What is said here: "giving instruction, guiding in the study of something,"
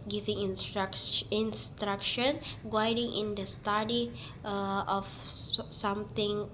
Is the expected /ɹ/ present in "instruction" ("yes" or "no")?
yes